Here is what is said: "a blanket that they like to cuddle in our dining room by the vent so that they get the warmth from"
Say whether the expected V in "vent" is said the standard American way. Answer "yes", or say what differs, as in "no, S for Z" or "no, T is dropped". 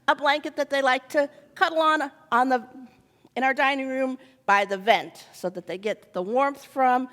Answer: yes